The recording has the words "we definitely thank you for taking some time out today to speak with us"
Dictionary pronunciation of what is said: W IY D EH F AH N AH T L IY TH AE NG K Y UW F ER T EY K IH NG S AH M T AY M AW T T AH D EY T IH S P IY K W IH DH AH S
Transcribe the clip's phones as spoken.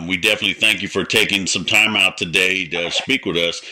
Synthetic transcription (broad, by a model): W IY D EH F AH N AH T L IY TH AE NG K Y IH F ER T EY K IH NG S AH M T AY M AW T T AH D EY T IH S P IY K W IH DH AH S